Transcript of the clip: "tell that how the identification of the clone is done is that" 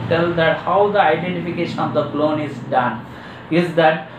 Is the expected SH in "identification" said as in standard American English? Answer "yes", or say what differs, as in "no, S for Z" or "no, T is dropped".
yes